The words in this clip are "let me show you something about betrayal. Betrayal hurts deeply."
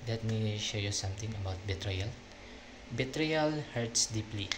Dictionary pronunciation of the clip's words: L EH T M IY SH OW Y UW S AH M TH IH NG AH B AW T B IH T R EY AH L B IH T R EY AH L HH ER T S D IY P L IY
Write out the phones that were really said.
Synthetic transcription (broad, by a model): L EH T M IY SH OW Y UW S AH M T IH NG AH B AW T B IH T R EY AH L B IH T R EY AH L HH ER T S D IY P L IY